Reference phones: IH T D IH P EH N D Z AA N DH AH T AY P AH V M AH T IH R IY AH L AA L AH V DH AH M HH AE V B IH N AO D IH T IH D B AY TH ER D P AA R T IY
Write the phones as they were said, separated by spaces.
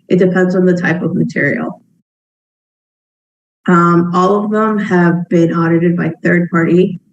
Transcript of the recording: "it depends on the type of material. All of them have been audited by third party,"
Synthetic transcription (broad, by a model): IH T D IH P EH N D Z N DH AH T AY P AH V M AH T IH R IY AH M AA L AH V DH AH M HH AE V B IH N AO D IH T IH D B AY TH ER D P AA R T IY